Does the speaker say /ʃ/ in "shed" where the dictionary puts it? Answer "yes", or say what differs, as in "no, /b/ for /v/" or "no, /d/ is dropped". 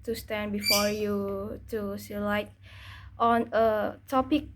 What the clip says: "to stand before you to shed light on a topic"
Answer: no, /s/ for /ʃ/